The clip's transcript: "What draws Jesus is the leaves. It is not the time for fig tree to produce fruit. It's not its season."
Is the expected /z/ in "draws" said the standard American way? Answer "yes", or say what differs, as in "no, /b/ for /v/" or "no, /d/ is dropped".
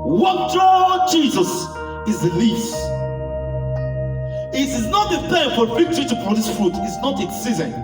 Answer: no, /z/ is dropped